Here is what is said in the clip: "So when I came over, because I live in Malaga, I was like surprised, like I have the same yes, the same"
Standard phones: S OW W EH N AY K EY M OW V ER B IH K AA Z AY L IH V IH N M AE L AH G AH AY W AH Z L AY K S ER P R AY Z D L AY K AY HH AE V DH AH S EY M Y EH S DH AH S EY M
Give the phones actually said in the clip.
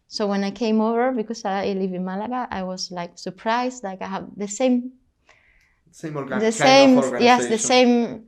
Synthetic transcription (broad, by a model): S OW W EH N AY K EY M OW V ER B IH K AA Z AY L IH V IH N M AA L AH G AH AY W AH Z L AY K S ER P R AY Z D L AY K AY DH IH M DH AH S EY M Y EH S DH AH S EY M